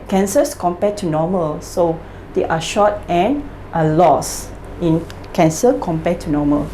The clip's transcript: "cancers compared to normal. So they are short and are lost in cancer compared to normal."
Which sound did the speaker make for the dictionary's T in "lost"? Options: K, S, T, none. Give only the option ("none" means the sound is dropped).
none